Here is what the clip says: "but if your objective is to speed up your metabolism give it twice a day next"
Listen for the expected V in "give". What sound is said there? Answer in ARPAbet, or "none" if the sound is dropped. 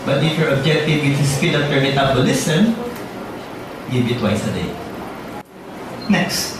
B